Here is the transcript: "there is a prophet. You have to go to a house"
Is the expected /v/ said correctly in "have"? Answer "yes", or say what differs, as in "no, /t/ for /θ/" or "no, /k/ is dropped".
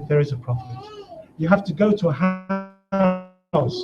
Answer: no, /f/ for /v/